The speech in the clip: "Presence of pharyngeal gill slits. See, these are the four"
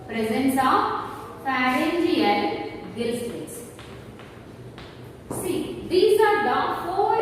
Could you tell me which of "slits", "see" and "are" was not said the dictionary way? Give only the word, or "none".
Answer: slits